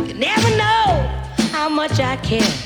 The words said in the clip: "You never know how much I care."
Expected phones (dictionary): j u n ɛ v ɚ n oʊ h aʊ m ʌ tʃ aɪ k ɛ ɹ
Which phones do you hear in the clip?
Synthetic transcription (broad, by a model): n ɛ v ɚ n oʊ h aʊ m ʌ tʃ aɪ k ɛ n